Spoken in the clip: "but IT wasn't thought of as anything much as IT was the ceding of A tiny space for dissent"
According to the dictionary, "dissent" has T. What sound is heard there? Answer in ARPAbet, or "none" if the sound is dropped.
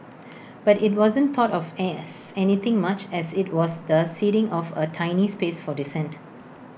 T